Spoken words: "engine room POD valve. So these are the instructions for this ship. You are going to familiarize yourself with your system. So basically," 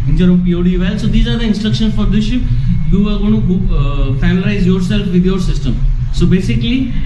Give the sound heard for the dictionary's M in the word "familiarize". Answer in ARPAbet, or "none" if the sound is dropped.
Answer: none